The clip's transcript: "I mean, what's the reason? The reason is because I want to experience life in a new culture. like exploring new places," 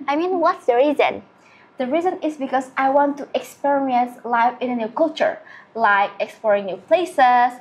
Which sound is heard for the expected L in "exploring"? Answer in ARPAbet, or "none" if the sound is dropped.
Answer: L